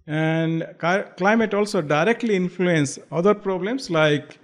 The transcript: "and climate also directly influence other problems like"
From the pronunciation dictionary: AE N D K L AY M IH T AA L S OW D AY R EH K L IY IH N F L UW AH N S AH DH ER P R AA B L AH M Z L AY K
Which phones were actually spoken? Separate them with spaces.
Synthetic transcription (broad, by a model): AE N D K L AY M IH T AA L S OW D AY R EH K L IY IH N F L UW AH N S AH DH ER P R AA B L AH M S L AY K